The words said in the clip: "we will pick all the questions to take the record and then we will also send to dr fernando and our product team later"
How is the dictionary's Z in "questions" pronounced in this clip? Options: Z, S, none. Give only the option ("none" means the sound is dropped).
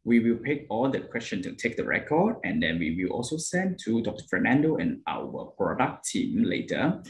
none